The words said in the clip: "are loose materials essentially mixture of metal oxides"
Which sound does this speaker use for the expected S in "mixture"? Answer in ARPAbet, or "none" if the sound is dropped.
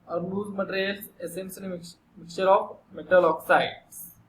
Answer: none